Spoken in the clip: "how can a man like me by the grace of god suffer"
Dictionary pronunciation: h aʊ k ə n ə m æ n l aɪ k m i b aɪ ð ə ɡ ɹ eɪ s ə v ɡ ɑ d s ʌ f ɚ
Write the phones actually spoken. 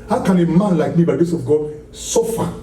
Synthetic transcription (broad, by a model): h aʊ k ə n ə m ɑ n l aɪ k m i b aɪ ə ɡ eɪ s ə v ɡ ɑ d s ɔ f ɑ